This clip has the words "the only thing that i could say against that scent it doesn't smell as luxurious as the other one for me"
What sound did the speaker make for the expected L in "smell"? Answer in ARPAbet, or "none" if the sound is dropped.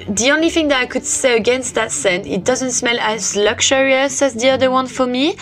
L